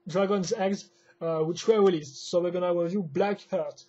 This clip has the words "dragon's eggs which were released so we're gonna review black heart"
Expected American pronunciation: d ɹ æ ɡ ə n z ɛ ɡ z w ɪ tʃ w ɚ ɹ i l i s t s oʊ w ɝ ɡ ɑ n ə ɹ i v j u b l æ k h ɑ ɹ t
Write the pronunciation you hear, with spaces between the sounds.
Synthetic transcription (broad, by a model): d ɹ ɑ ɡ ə n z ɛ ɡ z w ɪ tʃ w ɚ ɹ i l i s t s oʊ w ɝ ɡ ɑ n ə w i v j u b l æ k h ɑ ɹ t